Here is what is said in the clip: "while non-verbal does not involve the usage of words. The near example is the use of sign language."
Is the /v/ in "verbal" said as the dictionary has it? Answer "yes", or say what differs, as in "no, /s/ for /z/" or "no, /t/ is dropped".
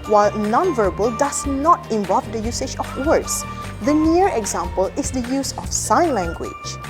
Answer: yes